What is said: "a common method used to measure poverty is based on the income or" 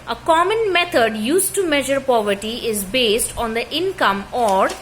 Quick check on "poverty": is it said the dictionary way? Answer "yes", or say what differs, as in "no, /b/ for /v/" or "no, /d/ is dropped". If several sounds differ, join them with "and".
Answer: yes